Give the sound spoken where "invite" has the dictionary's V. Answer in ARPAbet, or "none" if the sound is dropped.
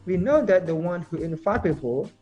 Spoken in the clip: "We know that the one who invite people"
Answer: F